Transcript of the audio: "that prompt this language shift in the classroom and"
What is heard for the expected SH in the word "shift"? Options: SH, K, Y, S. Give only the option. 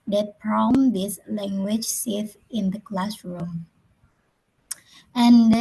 S